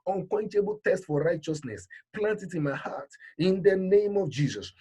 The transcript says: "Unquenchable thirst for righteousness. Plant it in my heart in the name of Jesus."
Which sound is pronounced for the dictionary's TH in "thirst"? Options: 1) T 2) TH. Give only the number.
1